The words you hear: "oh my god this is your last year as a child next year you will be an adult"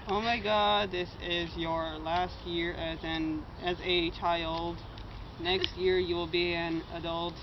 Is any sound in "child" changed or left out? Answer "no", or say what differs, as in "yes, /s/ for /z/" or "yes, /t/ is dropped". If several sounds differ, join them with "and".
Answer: no